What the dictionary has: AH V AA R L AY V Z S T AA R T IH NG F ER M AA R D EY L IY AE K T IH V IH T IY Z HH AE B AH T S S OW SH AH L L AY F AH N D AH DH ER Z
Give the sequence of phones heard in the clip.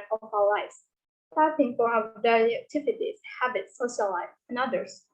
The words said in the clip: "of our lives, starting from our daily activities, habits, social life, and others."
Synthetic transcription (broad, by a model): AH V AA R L AY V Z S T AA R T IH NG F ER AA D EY IY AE K T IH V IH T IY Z HH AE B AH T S S OW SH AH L L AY AH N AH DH ER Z